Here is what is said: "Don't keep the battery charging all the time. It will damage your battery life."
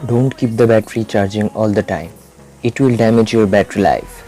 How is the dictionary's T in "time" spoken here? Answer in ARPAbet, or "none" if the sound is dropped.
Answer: T